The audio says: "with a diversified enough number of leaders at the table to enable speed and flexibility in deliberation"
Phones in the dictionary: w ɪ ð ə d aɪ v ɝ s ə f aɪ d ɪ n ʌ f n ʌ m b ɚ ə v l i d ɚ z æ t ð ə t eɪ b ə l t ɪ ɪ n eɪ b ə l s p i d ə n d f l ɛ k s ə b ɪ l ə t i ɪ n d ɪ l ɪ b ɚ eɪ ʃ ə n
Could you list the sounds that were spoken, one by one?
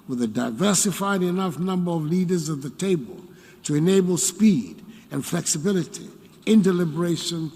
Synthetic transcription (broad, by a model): w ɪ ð ə d aɪ v ɝ s ə f aɪ d ɪ n ʌ f n ʌ m b ɚ ə v l i d ɚ z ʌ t ð ə t eɪ b ə l t ɪ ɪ n eɪ b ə l s p i d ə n f l ɛ k s ə b ɪ l ə t i ɪ n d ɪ l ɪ b ɚ eɪ ʃ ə n